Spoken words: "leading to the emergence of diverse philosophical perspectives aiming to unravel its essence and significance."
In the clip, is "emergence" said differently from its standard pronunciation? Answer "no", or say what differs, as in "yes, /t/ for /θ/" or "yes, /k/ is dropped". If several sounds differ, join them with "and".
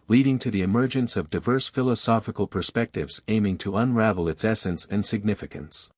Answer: no